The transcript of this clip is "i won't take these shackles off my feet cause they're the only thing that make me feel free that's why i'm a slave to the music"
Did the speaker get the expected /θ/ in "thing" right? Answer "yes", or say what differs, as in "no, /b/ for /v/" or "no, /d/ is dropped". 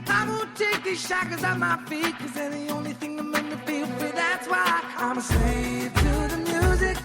yes